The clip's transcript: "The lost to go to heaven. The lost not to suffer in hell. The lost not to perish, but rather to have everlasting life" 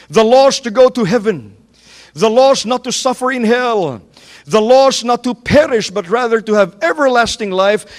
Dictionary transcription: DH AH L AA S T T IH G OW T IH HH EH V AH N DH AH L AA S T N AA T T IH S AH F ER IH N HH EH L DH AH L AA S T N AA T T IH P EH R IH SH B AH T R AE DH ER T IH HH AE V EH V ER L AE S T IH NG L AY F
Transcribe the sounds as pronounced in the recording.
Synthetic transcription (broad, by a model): DH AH L AA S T T IH G OW T IH HH EH V AH N DH AH L AA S N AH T T IH S AH F ER IH N HH EH L DH AH L AA S N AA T T IH P EH R IH SH B AH T R AE DH ER T IH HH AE V EH V ER L AE S T IH NG L AY F